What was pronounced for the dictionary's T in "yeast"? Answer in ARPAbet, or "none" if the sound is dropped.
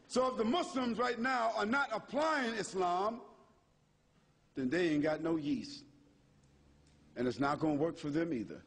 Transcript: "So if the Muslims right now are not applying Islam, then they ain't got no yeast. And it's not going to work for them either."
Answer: none